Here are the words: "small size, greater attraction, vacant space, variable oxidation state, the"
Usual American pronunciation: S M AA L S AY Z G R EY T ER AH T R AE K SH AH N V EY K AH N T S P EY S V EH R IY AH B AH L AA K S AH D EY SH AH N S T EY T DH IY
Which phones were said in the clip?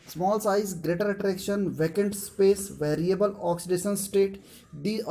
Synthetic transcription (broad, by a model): S M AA L S AY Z G R EY T ER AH T R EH K SH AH N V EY K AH N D S P EY S V EH R IY AH B AH L AA K S AH D EY SH AH N S T EY T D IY